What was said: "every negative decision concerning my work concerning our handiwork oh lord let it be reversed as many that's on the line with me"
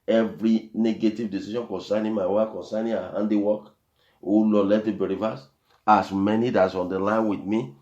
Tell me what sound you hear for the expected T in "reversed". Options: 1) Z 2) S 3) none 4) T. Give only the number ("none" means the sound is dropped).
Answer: 3